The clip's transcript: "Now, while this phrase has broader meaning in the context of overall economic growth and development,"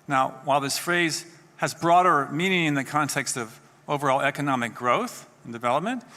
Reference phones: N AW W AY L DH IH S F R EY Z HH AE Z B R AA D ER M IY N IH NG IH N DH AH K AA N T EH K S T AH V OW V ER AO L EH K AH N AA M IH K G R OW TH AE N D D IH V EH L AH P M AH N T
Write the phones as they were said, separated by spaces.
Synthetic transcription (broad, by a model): N AW W AY L DH IH S F R EY Z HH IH Z B R AA D ER M IY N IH NG IH N DH AH K AA N T EH K S T AH V OW V ER AO L EH K AH N AA M IH K G R OW TH N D D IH V EH L AH P M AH N T